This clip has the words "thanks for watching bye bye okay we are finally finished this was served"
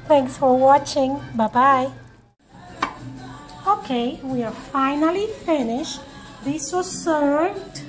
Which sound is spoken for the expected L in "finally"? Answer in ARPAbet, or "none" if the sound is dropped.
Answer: L